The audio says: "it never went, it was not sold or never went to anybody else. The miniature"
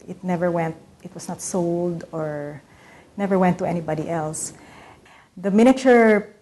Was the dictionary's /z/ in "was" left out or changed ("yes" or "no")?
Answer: yes